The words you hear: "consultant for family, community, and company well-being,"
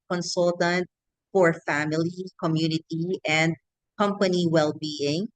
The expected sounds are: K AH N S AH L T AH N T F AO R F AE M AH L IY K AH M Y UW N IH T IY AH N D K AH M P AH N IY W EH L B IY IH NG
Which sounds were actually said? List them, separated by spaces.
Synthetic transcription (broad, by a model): K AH N S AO L T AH N T F AO R F AE M AH L IY K AH M Y UW N IH T IY AH N D K AH M P AH N IY W EH L B IY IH NG